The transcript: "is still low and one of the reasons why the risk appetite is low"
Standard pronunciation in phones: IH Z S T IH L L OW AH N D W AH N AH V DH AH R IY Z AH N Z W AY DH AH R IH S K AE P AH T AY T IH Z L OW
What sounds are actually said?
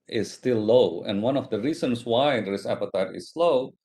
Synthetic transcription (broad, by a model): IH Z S T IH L L OW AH N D W AH N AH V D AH R IY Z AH N S W AY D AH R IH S AE P AH T AY T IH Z L OW